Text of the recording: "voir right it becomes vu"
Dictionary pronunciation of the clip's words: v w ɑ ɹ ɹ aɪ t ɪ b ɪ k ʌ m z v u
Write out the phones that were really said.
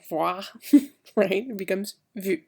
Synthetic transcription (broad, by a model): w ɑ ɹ ɹ aɪ t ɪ b ɪ k ʌ m z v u